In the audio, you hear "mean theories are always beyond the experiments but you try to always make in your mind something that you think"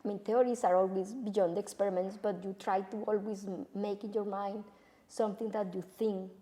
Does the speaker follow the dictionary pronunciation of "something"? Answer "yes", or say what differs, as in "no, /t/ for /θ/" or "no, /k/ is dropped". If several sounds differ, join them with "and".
no, /t/ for /θ/